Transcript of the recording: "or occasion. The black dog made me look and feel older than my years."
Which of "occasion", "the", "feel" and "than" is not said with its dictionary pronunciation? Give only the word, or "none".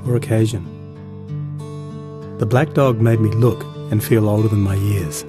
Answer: none